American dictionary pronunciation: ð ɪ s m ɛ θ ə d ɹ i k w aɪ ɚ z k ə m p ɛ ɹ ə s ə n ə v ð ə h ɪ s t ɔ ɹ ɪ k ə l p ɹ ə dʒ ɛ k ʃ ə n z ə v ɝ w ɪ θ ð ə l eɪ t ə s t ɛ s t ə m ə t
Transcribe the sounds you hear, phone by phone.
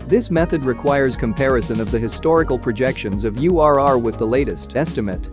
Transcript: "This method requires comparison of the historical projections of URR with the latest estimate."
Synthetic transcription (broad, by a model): ð ɪ s m ɛ θ ə d ɹ i k w aɪ ɚ z k ə m p ɛ ɹ ə s ə n ə v ð ə h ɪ s t ɔ ɹ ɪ k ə l p ɹ ə dʒ ɛ k ʃ ə n z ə v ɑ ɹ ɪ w ð ə l eɪ t ə s t ɛ s t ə m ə t